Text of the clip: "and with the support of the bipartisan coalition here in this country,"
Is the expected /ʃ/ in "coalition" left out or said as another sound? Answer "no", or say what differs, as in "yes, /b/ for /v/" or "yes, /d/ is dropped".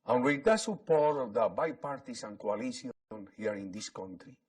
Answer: yes, /s/ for /ʃ/